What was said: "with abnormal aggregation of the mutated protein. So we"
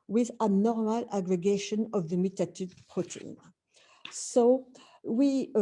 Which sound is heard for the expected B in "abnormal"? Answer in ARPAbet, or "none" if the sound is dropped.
none